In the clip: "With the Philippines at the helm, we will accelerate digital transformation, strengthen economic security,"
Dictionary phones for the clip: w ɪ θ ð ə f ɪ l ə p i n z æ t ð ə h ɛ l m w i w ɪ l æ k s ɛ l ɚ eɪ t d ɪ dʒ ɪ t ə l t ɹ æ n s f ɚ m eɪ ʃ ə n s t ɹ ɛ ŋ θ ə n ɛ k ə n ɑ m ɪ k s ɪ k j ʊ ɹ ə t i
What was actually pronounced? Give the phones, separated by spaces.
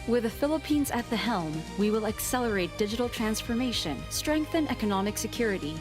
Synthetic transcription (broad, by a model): w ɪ ð ə f ɪ l ə p i n z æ t ð ə h ɛ l m w i w ɪ l æ k s ɛ l ɚ eɪ t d ɪ dʒ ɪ t l t ɹ æ n s f ɚ m eɪ ʃ ə n s t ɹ ɛ ŋ θ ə n ɛ k ə n ɑ m ɪ k s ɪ k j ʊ ɹ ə t i